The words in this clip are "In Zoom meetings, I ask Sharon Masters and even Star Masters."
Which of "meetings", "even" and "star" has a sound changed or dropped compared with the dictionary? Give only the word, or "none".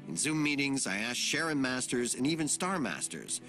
none